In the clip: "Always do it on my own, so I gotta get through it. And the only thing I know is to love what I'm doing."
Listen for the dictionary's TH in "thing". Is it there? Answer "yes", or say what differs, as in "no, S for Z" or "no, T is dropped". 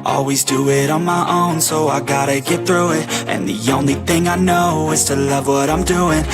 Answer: yes